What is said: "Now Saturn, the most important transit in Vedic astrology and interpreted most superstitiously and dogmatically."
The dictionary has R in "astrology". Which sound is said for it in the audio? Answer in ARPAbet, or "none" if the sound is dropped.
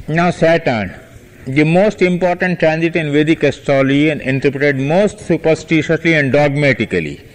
none